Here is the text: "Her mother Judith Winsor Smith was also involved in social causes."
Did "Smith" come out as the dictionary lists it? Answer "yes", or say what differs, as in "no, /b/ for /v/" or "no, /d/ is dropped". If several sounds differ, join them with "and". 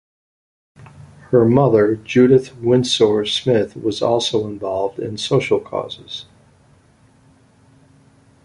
yes